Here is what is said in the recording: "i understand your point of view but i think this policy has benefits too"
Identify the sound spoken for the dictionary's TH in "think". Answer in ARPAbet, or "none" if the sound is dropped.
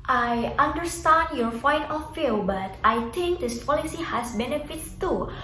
T